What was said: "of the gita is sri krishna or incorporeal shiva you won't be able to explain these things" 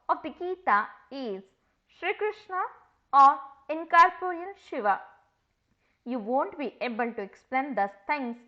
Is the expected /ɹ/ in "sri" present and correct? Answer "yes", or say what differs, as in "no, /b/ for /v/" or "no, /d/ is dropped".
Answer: yes